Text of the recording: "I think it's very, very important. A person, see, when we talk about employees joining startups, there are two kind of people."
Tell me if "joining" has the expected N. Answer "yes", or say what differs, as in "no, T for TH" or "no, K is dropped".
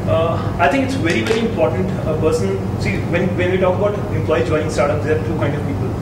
no, N is dropped